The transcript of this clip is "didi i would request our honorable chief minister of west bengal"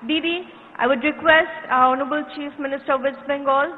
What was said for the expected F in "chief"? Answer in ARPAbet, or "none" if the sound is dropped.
F